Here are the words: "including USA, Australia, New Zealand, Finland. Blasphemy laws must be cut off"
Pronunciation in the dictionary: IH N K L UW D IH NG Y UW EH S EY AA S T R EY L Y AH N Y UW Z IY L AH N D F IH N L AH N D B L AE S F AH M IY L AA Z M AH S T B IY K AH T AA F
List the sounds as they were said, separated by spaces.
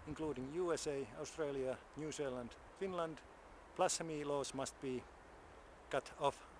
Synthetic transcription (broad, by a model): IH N K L UW D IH NG Y UW EH S EY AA S T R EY L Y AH N Y UW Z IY L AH N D F IH N L AH N D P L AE S AH M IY L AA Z M AH S T B IY K AH T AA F